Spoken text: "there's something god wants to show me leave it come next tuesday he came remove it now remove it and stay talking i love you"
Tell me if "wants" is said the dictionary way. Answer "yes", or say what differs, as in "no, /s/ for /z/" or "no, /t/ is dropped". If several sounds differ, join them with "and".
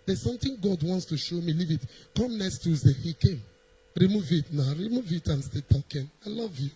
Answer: yes